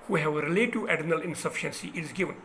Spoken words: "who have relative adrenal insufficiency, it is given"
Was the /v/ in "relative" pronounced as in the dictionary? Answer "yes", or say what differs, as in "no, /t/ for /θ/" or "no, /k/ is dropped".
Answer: no, /v/ is dropped